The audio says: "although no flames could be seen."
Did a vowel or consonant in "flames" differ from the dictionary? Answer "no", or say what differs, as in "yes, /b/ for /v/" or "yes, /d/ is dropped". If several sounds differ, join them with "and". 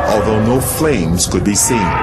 no